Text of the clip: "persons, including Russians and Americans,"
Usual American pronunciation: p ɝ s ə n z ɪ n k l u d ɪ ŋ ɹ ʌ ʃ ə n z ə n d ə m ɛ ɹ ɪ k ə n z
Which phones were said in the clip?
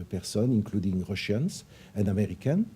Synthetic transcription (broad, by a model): p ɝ s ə n ɪ n k l u d ɪ ŋ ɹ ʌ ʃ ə n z ə n d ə m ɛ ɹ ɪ k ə n